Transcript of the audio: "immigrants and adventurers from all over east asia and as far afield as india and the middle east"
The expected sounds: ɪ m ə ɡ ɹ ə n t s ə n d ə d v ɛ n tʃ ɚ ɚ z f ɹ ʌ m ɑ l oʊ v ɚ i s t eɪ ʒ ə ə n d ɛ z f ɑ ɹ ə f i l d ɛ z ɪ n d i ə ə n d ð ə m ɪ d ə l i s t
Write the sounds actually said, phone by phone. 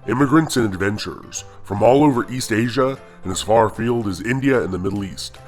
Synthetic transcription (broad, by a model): ɪ m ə ɡ ɹ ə n t s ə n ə d v ɛ n tʃ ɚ ɚ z f ɹ ʌ m ɑ l oʊ v ɚ i s t eɪ ʒ ə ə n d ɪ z f ɑ ɹ f i l d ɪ z ɪ n d i ə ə n ð ə m ɪ d l i s t